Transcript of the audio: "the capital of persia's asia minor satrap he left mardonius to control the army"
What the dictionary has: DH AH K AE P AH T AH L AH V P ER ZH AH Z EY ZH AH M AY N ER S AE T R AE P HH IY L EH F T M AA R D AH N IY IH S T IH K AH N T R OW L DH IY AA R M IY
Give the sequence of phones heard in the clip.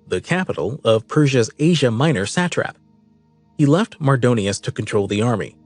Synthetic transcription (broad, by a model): DH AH K AE P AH T L AH V P ER ZH AH Z EY ZH AH M AY N ER S AE T R AE P HH IY L EH F T M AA R D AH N IY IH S T IH K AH N T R OW L DH IY AA R M IY